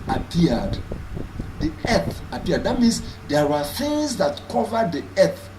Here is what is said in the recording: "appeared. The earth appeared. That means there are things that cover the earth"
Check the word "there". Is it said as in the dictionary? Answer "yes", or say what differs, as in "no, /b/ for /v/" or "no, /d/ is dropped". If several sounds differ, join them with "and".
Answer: no, /w/ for /ɹ/